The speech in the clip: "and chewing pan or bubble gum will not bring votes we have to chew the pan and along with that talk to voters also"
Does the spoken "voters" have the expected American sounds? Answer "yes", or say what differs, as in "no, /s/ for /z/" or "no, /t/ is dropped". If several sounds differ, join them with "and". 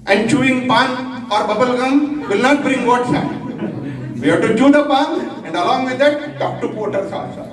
no, /p/ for /v/ and /s/ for /z/